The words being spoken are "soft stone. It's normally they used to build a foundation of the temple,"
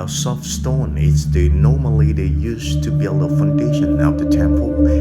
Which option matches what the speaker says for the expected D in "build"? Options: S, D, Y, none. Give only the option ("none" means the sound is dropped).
D